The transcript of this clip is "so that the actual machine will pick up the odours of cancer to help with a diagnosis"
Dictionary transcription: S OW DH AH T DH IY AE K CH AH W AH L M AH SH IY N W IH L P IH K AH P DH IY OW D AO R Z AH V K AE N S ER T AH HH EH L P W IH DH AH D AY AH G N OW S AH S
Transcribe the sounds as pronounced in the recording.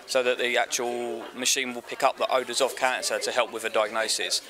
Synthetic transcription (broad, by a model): S OW DH AH T DH IY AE K CH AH W AH L M AH SH IY N W IH L P IH K AH P DH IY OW D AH Z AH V K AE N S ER T AH HH EH L P W IH DH AH D AY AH G N OW S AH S